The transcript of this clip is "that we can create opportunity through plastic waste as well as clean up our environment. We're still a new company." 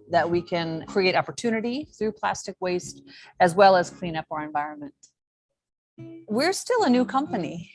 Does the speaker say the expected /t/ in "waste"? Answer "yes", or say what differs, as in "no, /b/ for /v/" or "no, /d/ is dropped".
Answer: yes